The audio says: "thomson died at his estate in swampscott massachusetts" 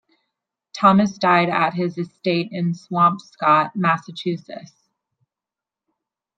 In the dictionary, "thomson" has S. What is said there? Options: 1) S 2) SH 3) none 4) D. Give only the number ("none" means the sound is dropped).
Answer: 3